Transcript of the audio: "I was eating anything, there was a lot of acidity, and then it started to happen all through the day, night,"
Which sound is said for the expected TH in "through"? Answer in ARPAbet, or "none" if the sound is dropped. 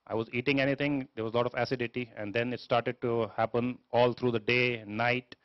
T